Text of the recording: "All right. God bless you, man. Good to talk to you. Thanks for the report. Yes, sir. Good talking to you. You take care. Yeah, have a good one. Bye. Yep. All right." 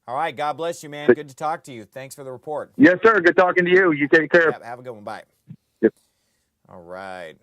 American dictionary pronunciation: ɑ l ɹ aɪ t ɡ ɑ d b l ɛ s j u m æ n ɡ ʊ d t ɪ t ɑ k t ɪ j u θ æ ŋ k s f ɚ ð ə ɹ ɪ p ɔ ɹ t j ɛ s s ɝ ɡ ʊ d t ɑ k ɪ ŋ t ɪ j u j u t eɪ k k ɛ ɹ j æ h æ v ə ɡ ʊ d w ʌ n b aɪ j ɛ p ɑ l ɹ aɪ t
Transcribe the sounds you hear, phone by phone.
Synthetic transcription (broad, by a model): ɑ l ɹ aɪ t ɡ ɑ d b l ɛ s j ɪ m æ n ɡ ʊ d t ɪ t ɑ k t ɪ j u θ æ ŋ k s f ɚ ð ə ɹ ɪ p ɔ ɹ t j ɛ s s ɝ ɡ ʊ d t ɑ k ɪ ŋ t ɪ j u j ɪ t eɪ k k ɛ ɹ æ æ v ə ɡ ʊ d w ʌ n b aɪ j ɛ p ɑ l ɹ aɪ t